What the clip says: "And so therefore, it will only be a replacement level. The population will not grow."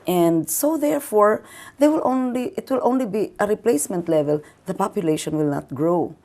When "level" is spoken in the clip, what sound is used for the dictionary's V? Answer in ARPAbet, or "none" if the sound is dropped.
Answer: V